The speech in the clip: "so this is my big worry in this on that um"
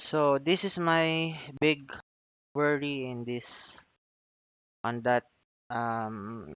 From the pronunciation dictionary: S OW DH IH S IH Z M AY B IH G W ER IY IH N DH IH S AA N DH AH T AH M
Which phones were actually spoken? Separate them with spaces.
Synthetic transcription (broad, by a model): S OW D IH S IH S M AY B IH G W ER IY IH N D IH S AA N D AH T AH M